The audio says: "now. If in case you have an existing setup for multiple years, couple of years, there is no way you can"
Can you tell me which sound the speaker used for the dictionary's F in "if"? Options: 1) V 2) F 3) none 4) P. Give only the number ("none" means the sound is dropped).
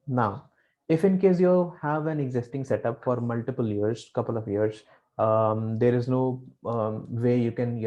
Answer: 2